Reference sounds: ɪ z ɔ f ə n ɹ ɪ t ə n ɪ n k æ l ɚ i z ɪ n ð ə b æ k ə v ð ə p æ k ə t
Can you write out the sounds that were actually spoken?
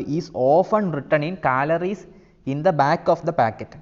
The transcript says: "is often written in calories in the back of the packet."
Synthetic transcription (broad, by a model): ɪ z ɔ f ə n ɹ ɪ t ə n ɪ n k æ l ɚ i s ɪ n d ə b æ k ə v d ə p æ k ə t